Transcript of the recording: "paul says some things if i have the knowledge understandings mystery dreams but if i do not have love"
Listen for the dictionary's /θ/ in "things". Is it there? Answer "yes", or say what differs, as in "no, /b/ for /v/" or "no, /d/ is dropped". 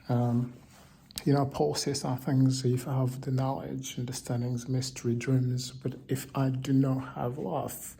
yes